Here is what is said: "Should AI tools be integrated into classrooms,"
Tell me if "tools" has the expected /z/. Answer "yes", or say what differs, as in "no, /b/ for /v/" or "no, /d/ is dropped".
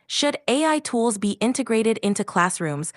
yes